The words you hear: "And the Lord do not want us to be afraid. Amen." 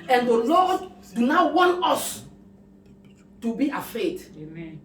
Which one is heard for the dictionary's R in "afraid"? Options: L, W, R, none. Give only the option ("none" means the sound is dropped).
none